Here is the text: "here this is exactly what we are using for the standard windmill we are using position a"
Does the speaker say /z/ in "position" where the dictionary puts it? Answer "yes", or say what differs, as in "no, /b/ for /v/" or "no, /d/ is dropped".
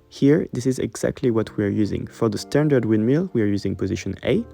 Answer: yes